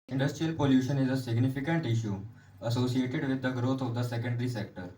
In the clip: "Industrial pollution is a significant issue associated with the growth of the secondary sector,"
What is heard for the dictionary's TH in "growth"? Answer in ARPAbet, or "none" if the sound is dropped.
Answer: T